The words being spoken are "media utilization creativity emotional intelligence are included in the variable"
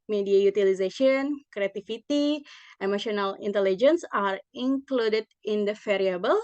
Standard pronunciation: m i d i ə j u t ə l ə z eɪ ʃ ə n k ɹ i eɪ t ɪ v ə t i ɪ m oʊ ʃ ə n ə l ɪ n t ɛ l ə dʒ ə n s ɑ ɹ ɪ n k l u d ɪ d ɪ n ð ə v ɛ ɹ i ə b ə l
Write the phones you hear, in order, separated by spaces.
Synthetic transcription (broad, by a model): m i d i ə j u t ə l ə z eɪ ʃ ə n k ɹ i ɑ t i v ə t i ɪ m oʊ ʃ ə n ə l ɪ n t ɛ l ə dʒ ə n s ɑ ɹ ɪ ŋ k l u d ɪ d ɪ n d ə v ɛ ɹ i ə b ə l